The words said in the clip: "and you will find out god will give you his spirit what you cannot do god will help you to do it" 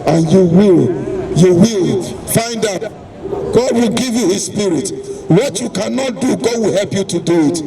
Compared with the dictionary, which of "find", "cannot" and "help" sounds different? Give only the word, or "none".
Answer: none